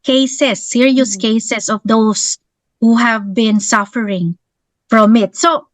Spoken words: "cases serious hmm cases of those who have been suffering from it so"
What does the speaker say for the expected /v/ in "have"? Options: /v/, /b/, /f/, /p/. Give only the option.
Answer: /v/